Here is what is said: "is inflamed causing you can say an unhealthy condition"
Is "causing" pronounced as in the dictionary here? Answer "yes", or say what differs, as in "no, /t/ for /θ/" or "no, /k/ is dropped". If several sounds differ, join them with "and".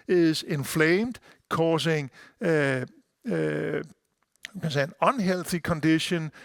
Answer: no, /s/ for /z/